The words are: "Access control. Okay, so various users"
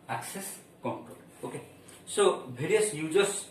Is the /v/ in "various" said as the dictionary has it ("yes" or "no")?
no